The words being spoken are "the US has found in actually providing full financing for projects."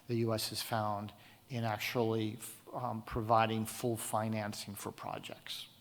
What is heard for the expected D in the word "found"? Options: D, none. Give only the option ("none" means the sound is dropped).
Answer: D